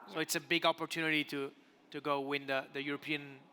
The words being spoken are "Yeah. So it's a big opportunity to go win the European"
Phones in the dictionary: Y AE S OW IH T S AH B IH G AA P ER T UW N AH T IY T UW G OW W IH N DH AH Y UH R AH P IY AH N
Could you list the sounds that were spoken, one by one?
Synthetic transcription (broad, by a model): S OW IH T S AH B IH G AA P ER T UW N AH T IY T UW G OW W IH N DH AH Y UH R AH P IY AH N